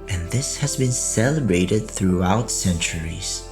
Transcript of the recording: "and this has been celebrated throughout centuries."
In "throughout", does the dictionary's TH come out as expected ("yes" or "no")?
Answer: yes